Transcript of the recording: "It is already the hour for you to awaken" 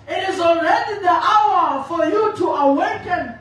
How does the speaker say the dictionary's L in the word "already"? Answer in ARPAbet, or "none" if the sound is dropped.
L